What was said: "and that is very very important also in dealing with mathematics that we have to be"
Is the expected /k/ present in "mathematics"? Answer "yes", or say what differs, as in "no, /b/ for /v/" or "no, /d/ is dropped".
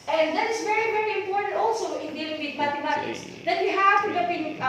no, /k/ is dropped